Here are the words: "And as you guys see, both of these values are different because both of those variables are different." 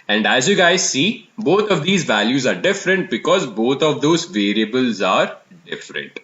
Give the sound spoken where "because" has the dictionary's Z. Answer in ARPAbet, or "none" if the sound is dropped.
Z